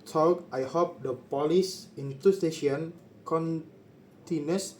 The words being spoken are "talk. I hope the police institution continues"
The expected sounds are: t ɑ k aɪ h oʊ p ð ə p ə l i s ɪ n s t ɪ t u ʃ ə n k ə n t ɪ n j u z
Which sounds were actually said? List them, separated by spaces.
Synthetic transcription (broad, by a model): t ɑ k aɪ h oʊ p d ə p ə l i s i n t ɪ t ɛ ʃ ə n k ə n t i n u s